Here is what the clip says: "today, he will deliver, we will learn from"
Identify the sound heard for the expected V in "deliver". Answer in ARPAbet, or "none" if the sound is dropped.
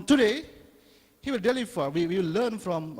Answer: W